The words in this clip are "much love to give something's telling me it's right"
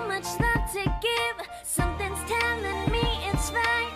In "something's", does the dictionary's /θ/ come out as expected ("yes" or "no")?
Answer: yes